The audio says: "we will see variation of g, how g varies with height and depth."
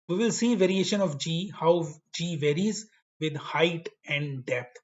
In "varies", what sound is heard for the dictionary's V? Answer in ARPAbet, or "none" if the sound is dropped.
V